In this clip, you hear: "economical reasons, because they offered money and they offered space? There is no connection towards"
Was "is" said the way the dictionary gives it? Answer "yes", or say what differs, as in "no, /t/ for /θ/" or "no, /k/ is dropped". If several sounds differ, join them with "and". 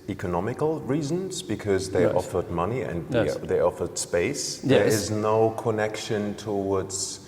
yes